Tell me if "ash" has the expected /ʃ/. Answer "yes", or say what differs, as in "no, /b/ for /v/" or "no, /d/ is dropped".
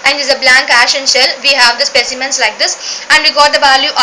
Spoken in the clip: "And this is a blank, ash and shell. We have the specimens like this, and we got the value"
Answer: yes